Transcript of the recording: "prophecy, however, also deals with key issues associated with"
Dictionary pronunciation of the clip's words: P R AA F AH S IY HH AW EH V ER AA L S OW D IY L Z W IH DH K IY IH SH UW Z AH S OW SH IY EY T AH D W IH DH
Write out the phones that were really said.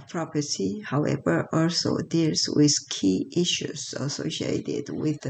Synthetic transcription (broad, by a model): P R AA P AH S IY HH AW EH V ER AA L S OW D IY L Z W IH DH K IY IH SH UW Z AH S OW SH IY EY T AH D W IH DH